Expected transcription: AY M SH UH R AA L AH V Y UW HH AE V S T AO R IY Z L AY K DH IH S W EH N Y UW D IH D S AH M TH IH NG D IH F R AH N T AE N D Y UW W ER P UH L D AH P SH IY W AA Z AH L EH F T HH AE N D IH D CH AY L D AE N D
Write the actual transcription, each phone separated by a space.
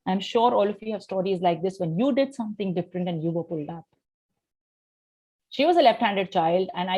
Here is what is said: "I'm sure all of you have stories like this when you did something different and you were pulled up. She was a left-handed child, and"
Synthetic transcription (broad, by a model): AY M SH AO R AA L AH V Y UW HH AE V S T AO R IY Z L AY K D IH S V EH N Y UW D IH D S AH M T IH NG D IH F R AH N T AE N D Y UW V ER P UH L D AH P SH IY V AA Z AH L EH F T HH AE N D IH D CH AY L D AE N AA